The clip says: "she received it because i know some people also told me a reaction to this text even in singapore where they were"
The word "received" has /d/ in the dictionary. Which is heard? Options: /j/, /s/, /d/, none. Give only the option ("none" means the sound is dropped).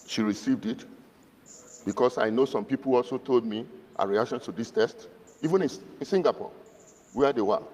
/d/